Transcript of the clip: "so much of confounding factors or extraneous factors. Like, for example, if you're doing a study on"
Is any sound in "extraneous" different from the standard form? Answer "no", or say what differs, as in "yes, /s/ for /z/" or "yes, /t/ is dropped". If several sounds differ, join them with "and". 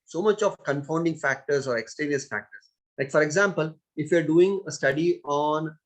yes, /ɹ/ is dropped